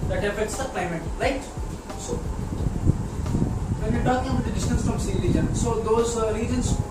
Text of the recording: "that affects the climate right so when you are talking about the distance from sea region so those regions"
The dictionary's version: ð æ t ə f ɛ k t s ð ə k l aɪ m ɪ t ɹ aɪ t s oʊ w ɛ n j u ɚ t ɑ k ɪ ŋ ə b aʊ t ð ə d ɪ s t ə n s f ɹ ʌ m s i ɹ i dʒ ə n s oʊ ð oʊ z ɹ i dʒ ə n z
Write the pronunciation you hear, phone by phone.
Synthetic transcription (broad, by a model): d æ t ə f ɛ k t s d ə k l aɪ m ɪ t ɹ aɪ t s oʊ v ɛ n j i t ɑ k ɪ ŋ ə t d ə d ɪ s t ə n s f ɹ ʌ m s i l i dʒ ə n s oʊ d oʊ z ɹ i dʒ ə n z